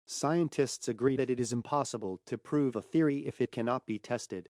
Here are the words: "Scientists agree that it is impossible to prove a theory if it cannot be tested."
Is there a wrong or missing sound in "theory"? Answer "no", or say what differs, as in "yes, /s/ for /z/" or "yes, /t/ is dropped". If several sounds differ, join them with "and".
no